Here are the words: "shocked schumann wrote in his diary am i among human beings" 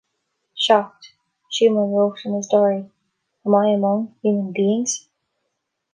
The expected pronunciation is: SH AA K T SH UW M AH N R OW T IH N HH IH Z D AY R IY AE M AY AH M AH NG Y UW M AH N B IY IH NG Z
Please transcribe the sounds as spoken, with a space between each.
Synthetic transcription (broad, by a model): SH AA K T SH UW M AH N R OW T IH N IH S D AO R IY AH M AY AH M AH NG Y UW M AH N B IY IH NG Z